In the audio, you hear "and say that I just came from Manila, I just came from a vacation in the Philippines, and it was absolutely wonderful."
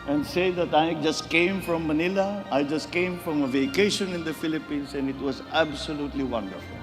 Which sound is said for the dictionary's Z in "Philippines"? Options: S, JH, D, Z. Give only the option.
S